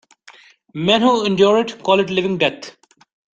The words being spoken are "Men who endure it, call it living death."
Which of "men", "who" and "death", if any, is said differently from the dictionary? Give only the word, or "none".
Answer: death